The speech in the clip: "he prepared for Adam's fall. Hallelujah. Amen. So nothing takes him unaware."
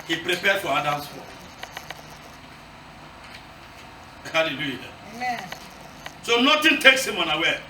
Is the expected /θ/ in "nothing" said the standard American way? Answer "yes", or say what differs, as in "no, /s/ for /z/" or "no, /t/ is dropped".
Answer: no, /t/ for /θ/